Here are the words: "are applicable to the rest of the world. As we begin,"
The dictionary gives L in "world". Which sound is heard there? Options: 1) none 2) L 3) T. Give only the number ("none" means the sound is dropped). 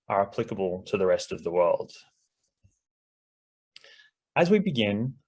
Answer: 2